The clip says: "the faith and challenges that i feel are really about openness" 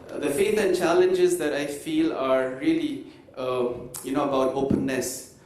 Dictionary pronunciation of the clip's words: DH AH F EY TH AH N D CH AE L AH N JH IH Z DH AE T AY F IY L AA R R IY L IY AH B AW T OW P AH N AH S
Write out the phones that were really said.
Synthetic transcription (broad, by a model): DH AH F EY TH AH N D CH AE L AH N JH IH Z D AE T AY F IY L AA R L IY N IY AH B AW T OW P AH N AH S